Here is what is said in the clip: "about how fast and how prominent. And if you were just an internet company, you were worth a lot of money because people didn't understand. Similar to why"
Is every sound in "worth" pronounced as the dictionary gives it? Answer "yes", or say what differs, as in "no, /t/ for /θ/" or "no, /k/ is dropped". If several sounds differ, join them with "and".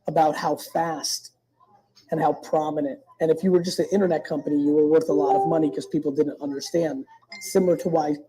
yes